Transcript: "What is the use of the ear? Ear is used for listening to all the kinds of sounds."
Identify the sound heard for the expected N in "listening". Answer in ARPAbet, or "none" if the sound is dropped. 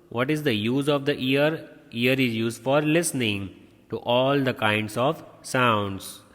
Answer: N